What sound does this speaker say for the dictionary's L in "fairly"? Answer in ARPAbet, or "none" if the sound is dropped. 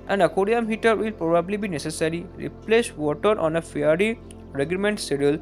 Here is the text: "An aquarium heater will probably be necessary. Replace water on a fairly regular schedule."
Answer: none